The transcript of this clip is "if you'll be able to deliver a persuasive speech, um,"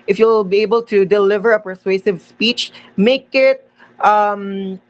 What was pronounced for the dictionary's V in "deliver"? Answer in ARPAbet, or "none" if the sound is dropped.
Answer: V